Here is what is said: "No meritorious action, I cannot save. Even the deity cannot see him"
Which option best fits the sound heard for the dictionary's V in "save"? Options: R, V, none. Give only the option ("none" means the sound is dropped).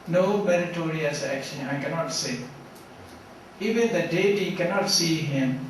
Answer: none